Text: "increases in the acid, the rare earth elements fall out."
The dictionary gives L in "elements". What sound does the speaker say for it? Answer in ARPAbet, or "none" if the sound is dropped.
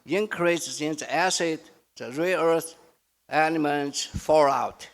N